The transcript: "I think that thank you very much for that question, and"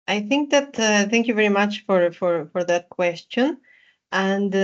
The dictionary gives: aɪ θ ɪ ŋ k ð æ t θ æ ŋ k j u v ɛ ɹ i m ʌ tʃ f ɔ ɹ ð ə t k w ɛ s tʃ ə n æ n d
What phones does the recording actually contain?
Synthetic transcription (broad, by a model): aɪ θ ɪ ŋ k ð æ t θ æ ŋ k j u v ɛ ɹ i m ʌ tʃ f ɔ ɹ ð ə t k w ɛ s tʃ ə n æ n d